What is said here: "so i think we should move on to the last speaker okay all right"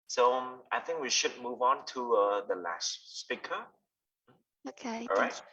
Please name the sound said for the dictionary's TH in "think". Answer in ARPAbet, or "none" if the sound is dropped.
TH